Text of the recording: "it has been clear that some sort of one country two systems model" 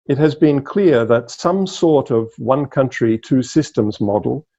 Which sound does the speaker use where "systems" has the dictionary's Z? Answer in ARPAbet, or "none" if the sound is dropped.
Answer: Z